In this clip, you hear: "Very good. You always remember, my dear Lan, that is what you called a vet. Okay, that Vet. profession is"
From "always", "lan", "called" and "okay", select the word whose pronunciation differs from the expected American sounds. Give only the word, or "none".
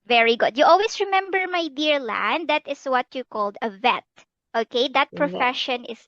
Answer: always